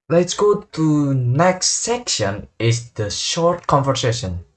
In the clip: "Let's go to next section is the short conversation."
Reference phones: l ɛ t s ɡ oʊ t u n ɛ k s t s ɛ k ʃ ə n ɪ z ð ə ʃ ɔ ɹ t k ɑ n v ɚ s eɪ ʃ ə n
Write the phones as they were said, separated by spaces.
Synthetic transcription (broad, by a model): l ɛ t s ɡ oʊ t u n ɛ k s t s ɛ k ʃ ə n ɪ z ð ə ʃ ɔ ɹ t k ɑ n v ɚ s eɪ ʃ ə n